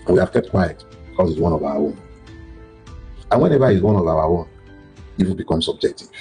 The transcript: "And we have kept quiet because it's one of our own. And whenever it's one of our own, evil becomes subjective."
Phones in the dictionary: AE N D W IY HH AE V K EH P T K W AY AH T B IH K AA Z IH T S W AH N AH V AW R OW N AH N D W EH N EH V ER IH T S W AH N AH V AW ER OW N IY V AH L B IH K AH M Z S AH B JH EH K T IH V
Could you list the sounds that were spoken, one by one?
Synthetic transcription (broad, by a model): W IY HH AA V K EH P T K W AY AH T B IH K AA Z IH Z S W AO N AH V AW W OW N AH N W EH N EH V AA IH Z W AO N AH V AW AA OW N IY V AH N B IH K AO M S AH B JH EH K T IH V